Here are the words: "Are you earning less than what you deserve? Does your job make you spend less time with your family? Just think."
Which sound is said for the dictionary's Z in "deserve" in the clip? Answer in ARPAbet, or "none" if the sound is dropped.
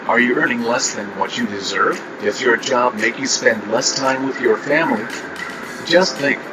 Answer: Z